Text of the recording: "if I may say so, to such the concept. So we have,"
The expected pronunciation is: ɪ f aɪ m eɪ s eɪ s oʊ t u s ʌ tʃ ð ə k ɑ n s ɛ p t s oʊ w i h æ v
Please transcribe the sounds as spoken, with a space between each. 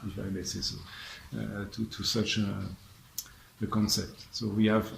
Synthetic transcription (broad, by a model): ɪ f aɪ m eɪ s eɪ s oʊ t u s ʌ tʃ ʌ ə k ɑ n s ɛ p t s oʊ w i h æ v